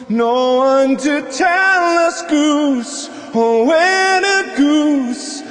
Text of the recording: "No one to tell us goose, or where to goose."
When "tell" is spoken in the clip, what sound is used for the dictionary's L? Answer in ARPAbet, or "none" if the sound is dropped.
L